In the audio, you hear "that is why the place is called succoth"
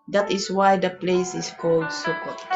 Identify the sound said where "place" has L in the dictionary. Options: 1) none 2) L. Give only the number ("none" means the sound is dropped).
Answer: 2